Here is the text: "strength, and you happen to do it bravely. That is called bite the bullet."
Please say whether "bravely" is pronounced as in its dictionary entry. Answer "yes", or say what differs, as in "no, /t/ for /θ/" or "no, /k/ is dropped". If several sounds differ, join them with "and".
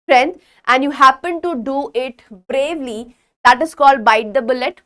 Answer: yes